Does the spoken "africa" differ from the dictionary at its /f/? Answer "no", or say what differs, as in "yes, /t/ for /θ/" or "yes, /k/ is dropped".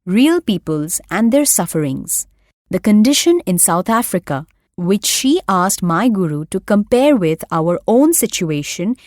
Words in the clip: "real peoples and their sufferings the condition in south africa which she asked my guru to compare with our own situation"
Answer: no